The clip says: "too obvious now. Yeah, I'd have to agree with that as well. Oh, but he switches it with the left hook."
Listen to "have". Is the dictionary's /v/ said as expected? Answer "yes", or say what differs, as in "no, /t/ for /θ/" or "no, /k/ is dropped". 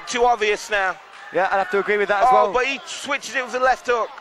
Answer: no, /f/ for /v/